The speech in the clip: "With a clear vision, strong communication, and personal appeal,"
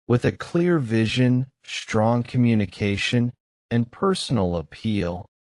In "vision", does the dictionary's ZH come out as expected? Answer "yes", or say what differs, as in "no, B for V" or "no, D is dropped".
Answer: yes